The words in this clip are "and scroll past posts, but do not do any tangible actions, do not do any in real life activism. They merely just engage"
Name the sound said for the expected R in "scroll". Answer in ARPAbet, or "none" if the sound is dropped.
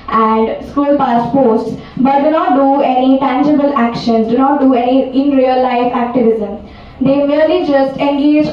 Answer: none